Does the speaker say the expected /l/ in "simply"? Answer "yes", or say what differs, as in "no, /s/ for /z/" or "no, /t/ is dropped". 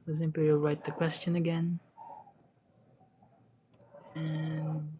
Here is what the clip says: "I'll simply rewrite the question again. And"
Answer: no, /l/ is dropped